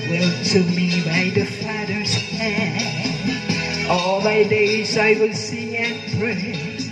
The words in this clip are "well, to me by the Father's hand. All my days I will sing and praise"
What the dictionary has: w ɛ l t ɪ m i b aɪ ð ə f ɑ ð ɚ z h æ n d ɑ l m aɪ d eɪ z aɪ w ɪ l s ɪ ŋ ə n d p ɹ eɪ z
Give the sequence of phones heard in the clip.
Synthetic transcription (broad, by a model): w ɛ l t ɪ m i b aɪ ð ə f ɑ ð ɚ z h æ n ɑ l m aɪ d eɪ z aɪ w ɪ l s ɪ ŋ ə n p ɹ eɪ